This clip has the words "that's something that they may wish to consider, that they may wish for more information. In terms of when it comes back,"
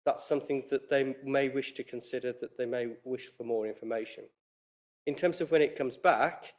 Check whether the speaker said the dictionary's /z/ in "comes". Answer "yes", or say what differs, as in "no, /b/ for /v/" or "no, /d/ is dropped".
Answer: yes